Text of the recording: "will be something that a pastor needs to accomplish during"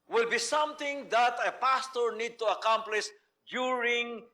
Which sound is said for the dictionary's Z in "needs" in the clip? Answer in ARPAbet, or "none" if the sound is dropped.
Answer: none